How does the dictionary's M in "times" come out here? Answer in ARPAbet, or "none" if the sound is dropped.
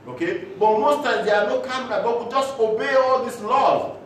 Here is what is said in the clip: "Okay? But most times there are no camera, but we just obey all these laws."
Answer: none